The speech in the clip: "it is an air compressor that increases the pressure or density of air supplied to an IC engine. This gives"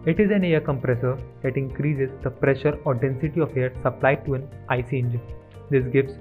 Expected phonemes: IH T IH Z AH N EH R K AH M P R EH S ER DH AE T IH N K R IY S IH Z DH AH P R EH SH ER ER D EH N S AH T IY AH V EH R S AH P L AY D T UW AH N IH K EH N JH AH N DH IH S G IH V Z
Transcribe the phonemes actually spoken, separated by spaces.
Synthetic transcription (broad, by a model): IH T IH Z AH N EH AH K AH M P R EH S ER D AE T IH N K R IY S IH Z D AH P R EH SH ER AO D EH N S AH T IY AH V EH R S AH P L AY D T UW AH N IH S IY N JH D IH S G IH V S